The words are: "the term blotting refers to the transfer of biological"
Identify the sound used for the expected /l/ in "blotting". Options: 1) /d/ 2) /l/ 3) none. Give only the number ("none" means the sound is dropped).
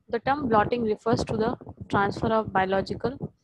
2